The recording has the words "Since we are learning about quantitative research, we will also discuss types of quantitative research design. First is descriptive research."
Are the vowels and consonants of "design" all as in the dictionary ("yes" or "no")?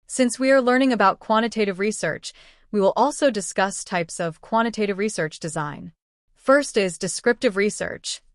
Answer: yes